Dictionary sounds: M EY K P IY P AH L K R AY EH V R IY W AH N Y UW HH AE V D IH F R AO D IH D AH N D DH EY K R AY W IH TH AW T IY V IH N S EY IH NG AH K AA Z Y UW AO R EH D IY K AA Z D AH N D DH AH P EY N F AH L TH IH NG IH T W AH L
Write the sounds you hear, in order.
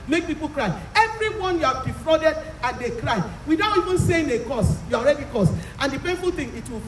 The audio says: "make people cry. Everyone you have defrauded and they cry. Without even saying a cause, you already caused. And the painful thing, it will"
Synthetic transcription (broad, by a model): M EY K P IY P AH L K R AY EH V R IY W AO N Y UW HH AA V D IH F R AO D IH D AH N D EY K R AY W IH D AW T IY V IH N S EY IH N AH K AA S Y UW AO R EH D IY K AA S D AH N D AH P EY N F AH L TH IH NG IH T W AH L